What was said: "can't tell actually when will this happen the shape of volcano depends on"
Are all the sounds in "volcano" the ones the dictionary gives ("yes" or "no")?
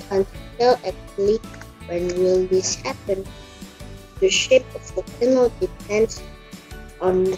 no